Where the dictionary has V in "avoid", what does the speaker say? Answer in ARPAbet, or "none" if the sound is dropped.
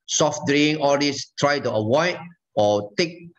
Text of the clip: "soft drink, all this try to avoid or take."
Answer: W